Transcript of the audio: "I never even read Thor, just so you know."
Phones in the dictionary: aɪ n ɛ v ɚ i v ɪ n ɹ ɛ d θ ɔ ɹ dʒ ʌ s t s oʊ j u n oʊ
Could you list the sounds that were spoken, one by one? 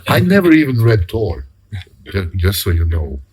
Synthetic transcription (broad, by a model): aɪ n ɛ v ɚ i v ɪ n ɹ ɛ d t ɔ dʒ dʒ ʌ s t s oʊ j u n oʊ